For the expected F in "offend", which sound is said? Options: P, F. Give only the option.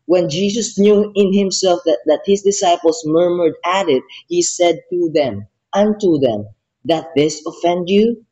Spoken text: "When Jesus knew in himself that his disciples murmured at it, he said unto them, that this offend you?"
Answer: F